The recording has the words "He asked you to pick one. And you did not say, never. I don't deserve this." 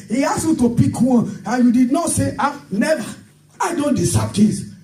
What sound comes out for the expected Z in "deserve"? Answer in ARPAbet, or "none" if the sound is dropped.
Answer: S